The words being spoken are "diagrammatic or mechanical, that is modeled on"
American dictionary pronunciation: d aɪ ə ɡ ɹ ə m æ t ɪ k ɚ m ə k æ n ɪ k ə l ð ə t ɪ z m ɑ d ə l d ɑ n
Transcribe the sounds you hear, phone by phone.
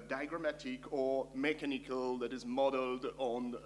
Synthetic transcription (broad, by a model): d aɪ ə ɡ ɹ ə m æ t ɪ k ɚ m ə k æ n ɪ k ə l ð ə t ɪ z m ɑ d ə l d n